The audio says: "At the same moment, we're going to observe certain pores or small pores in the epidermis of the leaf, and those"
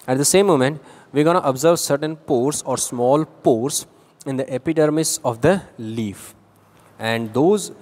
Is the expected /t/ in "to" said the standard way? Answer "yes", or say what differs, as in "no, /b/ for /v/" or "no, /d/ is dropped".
yes